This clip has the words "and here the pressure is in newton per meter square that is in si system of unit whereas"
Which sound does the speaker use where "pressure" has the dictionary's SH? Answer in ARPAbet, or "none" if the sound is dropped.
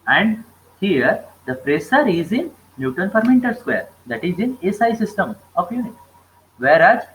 S